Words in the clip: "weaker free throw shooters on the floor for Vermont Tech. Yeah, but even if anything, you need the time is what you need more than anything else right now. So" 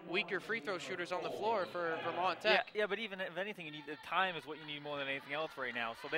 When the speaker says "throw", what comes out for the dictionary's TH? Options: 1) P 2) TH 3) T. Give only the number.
2